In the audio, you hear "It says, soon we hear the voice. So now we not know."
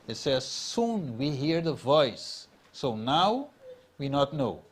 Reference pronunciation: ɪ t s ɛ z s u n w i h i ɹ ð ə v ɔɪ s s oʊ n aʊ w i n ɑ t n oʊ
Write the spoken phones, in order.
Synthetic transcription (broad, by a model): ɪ t s ɛ z s u n w i h i ɹ ð ə v ɔɪ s s oʊ n aʊ w i n ɑ t n oʊ